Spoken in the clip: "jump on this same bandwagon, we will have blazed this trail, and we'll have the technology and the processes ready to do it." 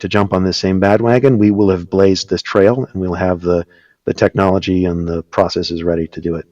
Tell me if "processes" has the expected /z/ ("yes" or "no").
yes